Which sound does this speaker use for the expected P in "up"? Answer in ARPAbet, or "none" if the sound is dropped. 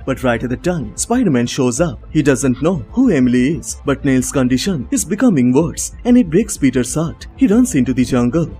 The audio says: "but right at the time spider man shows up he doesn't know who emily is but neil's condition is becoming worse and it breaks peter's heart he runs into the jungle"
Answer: P